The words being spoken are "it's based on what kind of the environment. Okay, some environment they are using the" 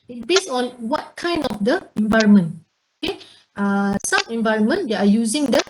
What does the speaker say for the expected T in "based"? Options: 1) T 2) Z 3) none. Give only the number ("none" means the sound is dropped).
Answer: 3